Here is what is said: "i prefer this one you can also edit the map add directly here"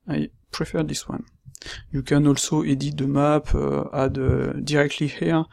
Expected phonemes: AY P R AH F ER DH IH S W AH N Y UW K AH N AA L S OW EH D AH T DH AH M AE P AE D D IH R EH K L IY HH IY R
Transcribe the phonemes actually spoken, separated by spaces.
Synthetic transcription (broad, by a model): AY P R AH F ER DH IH S W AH N Y UW K AH N AA L S OW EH D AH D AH M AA P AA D D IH R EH K L IY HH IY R